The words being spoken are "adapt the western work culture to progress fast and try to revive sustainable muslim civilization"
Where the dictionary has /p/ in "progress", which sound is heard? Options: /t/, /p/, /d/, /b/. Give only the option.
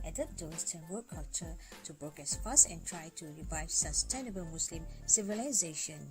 /b/